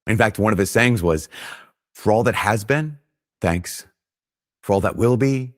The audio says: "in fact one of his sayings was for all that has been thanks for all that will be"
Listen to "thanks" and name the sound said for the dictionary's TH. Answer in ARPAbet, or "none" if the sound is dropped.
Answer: TH